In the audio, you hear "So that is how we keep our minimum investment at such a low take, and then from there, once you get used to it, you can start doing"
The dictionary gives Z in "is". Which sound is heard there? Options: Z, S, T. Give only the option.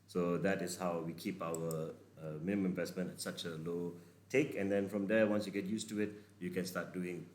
S